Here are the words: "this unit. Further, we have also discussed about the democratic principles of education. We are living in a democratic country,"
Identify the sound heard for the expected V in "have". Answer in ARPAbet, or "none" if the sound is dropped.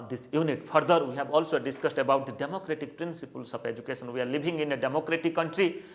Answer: B